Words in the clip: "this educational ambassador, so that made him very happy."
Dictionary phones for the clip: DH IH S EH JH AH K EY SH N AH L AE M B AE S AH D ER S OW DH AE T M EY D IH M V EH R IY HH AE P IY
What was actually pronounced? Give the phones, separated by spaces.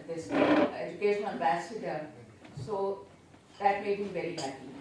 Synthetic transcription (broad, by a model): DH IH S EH JH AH K EY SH AH N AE M B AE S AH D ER S OW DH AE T M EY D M V EH R IY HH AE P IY